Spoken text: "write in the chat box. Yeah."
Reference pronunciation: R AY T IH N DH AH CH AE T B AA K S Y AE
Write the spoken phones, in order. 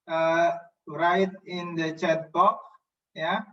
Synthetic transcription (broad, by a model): R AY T IH N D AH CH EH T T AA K Y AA